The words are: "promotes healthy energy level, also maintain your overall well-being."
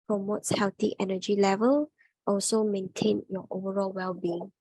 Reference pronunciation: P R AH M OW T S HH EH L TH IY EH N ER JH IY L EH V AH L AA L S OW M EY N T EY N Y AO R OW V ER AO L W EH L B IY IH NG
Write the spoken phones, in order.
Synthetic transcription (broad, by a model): P R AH M OW T S HH EH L T IY EH N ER JH IY L EH V AH L AA L S OW M EY N T EY N Y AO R OW V ER AO L W EH L B IY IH NG